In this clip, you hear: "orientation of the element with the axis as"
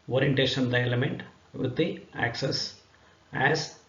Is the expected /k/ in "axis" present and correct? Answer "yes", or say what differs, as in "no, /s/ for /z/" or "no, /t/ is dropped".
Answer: yes